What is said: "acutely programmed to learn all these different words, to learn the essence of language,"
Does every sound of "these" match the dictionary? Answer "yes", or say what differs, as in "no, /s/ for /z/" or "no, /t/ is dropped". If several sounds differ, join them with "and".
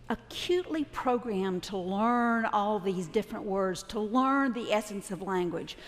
yes